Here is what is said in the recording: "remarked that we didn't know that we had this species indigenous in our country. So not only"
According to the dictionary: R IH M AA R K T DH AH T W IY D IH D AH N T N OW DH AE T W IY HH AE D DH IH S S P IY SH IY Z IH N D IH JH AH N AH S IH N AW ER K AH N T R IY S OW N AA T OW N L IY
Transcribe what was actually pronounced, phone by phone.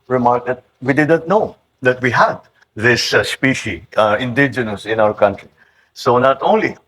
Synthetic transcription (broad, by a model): R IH M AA R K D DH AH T W IY D IH D AH N T N OW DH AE T W IY HH AE D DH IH S S P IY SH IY IH N D IH JH AH N AH S IH N AW ER K AH N T R IY S OW N AA T OW N L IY